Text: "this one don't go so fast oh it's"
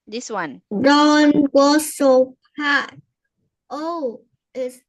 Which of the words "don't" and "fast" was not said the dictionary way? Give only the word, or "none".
fast